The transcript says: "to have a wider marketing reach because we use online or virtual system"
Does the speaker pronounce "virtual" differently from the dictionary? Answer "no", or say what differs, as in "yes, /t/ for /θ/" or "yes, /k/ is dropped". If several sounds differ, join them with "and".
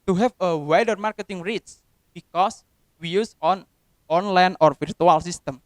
yes, /f/ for /v/